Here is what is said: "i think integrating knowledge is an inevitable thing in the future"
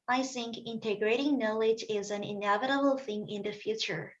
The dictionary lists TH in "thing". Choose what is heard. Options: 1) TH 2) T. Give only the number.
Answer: 1